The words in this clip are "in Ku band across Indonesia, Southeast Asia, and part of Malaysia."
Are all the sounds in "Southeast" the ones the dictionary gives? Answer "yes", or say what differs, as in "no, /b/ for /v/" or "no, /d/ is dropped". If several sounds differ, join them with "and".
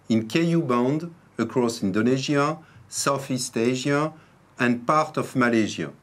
no, /f/ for /θ/